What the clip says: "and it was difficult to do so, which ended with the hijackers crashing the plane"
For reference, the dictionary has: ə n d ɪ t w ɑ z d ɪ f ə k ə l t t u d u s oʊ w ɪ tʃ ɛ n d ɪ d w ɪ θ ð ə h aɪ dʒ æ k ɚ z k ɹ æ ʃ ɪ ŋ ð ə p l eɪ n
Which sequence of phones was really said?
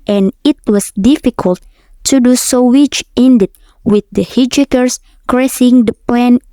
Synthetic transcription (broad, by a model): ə n ɪ t w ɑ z d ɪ f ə k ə l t t u d u s oʊ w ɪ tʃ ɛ n d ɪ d w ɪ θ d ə h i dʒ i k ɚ s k ɹ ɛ s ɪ ŋ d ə p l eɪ n